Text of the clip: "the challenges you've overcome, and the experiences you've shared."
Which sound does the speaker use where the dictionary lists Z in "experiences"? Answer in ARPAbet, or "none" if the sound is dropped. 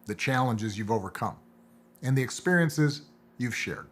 Z